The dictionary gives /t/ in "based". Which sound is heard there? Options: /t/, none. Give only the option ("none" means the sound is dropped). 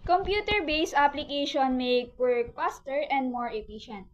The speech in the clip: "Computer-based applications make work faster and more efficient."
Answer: none